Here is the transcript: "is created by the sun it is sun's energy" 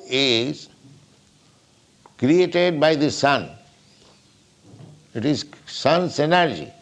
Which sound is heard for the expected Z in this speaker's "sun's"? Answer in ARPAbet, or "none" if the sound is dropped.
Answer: S